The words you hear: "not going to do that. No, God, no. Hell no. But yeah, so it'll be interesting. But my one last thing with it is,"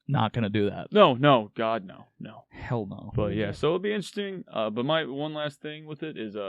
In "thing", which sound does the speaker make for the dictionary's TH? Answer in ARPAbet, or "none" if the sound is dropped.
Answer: TH